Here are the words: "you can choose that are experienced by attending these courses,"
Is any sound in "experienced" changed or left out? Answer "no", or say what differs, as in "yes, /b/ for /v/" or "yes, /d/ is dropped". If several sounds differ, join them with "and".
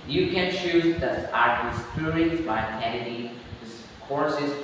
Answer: yes, /k/ is dropped